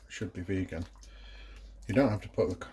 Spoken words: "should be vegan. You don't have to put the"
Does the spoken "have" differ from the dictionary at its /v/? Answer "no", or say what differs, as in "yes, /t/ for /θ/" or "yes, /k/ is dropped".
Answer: yes, /f/ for /v/